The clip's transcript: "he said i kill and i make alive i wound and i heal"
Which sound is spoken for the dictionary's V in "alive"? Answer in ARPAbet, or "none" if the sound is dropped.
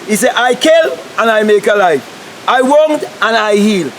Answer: F